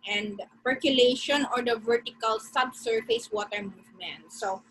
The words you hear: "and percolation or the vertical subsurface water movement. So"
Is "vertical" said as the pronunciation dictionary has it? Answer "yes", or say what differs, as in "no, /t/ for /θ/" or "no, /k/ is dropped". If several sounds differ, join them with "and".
yes